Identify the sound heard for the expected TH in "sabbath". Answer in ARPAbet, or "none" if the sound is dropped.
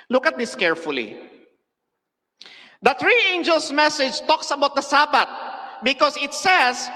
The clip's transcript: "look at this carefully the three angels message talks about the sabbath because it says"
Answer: T